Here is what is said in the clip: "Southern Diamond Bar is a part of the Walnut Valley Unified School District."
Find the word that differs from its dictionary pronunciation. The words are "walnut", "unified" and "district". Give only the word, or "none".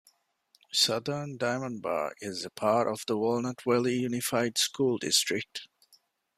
none